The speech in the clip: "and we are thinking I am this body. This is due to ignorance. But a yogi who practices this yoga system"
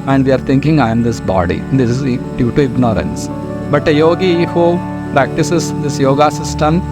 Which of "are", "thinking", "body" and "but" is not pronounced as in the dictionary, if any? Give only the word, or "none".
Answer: thinking